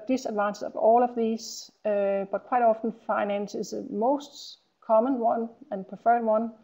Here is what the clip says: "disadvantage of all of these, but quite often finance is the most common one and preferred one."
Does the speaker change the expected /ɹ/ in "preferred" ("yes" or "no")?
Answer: yes